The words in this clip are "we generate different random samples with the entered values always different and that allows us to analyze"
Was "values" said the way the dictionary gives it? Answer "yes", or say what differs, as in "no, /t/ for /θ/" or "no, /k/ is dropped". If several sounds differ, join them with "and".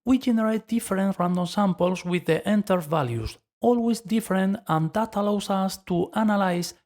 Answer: no, /s/ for /z/